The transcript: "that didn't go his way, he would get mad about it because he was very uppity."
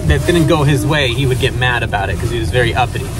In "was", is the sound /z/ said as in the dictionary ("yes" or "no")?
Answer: yes